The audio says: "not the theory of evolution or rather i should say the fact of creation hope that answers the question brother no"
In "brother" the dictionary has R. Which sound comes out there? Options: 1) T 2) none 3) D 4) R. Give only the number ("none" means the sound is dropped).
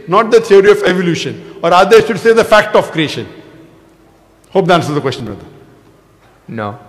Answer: 2